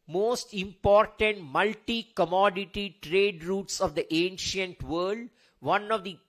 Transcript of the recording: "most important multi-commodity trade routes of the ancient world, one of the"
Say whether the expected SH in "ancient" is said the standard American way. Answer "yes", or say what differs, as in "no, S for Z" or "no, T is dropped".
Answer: yes